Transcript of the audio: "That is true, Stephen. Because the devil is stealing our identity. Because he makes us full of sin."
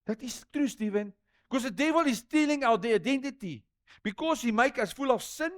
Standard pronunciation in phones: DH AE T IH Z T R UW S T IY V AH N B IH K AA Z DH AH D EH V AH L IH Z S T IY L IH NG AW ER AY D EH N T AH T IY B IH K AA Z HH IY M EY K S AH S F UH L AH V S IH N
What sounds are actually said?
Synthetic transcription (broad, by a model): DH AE T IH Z T R UW S T IY V AH N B K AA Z DH AH D EH V AH L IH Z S T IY L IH NG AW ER AY D EH N T AH T IY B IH K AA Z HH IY M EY K AH S F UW L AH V S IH N